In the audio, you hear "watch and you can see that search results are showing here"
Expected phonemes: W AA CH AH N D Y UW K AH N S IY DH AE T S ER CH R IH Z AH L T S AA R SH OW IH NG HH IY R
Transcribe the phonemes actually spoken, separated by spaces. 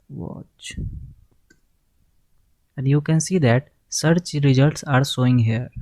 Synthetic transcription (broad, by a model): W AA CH AH N D Y UW K AH N S IY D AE T S ER CH R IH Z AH L T S AA R S OW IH NG HH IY R